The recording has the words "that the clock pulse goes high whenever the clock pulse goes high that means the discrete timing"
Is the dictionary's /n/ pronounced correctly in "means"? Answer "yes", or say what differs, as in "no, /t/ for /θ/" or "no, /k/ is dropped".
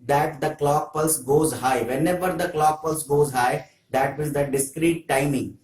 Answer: no, /n/ is dropped